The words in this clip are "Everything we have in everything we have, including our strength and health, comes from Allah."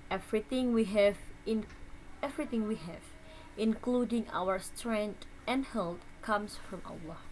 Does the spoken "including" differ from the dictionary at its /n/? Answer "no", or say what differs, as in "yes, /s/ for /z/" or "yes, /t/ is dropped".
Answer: no